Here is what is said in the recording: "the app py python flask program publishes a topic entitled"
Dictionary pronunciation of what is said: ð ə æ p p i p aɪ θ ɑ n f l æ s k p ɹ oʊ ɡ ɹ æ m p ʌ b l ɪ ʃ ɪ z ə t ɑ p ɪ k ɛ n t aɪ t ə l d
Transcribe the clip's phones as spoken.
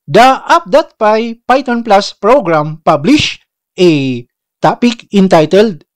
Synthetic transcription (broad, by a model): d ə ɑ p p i p aɪ t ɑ n p l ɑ s p ɹ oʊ ɡ ɹ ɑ m p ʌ b l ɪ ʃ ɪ t ɑ p ɪ k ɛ n t aɪ t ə l d